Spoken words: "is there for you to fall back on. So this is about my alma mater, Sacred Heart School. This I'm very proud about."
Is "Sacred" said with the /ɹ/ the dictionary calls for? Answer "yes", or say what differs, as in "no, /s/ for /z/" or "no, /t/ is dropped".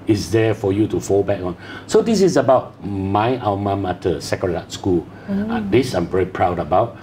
no, /ɹ/ is dropped